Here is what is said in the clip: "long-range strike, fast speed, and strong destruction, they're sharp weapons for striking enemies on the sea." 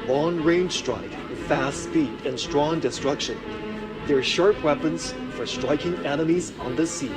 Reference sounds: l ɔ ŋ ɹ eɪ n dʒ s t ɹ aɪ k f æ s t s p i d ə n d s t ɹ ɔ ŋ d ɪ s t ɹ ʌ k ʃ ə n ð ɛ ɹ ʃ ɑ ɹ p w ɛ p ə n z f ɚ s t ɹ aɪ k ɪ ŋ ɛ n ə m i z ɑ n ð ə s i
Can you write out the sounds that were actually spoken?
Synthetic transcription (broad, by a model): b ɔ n ɹ eɪ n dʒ s t ɹ aɪ k f æ s t s p i d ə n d s t ɹ ɔ ŋ d ɪ s t ɹ ʌ k ʃ ə n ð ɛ ɹ ʃ ɑ ɹ p w ɛ p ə n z f ɚ s t ɹ aɪ k ɪ ŋ ɛ n ə m i z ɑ n ð ə s i